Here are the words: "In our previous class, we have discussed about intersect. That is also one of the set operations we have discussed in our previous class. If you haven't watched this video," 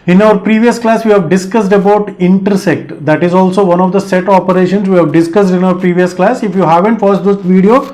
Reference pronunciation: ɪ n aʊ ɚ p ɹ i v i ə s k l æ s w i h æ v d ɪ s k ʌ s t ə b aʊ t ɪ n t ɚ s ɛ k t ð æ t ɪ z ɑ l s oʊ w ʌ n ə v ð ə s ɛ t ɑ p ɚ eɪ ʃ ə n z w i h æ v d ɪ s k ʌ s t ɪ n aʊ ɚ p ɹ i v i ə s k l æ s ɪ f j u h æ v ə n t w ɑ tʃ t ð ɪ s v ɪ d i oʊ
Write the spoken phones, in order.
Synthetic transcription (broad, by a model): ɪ n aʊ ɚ p ɹ i v i ə s k l æ s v i h æ v d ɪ s k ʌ s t ə b aʊ t ɪ n t ɚ s ɛ k t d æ t ɪ z ɑ l s oʊ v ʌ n ə v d ə s ɛ t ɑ p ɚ eɪ ʃ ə n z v i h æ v d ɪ s k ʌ s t ɪ n aʊ ɚ p ɹ i v i ə s k l æ s ɪ f j u h æ v ə n t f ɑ s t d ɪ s v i d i oʊ